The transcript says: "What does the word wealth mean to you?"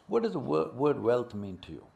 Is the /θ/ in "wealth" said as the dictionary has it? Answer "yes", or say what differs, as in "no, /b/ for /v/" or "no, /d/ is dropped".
no, /t/ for /θ/